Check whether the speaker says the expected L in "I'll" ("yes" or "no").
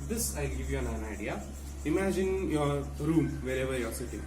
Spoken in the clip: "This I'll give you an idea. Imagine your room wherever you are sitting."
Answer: yes